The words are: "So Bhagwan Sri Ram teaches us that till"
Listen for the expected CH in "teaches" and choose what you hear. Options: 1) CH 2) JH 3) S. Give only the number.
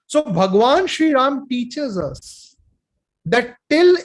1